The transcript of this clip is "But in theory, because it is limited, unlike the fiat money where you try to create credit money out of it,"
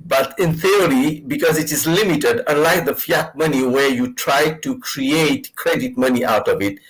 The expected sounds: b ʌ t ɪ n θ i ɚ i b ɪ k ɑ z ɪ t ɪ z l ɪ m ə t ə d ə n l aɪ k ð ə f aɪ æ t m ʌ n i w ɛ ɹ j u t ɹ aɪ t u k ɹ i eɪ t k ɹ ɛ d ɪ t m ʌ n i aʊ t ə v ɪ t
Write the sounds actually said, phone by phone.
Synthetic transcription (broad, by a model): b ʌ t ɪ n θ i ɚ i b ɪ k ɑ z ɪ t ɪ z l ɪ m ə t ə d ə n l aɪ k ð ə f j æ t m ʌ n i w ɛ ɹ j u t ɹ aɪ t u k ɹ i eɪ t k ɹ ɛ d ɪ t m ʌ n i aʊ t ə v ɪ t